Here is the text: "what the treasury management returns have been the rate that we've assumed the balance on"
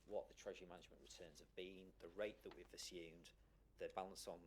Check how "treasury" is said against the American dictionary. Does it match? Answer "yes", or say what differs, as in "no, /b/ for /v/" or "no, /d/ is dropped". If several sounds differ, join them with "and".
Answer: yes